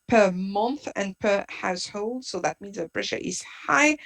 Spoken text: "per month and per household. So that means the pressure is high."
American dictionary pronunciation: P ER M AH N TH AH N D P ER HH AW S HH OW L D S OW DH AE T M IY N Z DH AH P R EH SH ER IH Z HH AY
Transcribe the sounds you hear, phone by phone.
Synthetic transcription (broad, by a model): P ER M AH N TH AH N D P ER HH AW S HH OW L D S OW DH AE T M IY N Z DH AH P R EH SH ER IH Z HH AY